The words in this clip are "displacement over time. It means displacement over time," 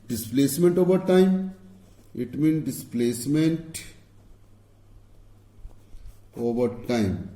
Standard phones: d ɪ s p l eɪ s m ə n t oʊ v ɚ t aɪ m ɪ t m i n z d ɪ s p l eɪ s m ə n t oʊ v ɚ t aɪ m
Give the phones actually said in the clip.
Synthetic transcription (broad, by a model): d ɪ s p l eɪ s m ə n t oʊ v ɚ t aɪ m ɪ t m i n d ɪ s p l eɪ s m ə n t oʊ v ɚ t aɪ m